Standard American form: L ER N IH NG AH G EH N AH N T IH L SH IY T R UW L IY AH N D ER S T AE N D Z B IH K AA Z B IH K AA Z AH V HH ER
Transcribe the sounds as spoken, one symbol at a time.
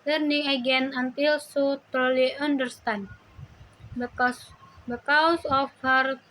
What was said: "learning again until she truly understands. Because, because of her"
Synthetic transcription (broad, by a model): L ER N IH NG AH G EH N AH N T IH L S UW T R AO L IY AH N D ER S T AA N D B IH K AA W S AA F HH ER